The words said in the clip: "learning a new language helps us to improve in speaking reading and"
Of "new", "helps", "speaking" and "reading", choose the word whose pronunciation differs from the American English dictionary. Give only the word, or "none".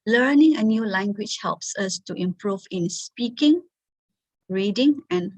none